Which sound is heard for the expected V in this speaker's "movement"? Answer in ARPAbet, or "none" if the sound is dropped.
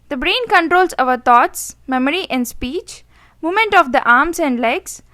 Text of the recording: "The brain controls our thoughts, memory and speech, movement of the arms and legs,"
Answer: none